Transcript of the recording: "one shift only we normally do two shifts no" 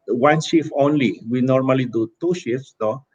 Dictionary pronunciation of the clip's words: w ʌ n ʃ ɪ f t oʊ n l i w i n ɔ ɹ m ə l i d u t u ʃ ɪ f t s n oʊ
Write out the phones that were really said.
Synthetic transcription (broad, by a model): w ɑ n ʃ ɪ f oʊ n l i w i n ɔ ɹ m ə l i d u t u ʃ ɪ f s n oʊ